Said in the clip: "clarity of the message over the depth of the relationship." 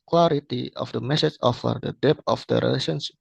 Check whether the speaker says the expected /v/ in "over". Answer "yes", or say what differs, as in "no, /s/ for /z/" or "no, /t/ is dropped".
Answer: no, /f/ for /v/